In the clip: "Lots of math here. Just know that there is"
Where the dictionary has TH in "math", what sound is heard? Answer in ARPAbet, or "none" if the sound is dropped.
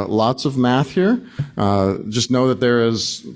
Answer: TH